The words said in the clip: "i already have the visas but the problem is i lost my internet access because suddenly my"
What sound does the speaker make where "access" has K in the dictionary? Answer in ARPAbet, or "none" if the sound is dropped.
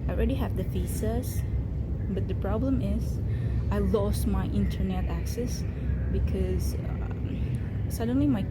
K